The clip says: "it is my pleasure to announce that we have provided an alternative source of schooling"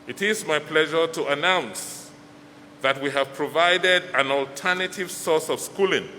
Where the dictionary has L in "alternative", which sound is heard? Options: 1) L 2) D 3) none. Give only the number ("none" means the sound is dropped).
1